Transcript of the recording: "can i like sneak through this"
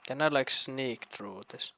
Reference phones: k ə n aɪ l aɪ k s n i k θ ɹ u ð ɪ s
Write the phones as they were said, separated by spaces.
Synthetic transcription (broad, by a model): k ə n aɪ l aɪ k s n i k t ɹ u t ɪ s